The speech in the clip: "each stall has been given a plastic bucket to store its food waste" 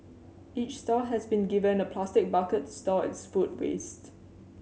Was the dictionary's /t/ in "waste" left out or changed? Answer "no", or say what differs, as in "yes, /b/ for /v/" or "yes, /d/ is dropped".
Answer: no